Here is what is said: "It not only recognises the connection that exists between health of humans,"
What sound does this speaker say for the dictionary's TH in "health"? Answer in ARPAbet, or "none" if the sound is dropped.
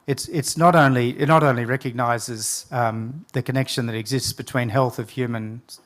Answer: TH